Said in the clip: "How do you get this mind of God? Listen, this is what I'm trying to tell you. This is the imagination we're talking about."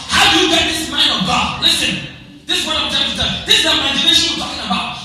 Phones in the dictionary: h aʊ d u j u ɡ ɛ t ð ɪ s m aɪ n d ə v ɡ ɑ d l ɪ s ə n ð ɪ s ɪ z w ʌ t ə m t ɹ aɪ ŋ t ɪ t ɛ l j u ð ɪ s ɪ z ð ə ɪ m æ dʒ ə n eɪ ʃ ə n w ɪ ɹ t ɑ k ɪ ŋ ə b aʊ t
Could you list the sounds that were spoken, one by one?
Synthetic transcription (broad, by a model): h aʊ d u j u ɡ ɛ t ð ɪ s m aɪ n d ə v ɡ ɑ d l ɪ s ə n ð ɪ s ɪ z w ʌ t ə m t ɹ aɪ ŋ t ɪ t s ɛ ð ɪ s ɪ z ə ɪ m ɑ ə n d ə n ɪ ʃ t ɑ k ɪ ŋ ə b aʊ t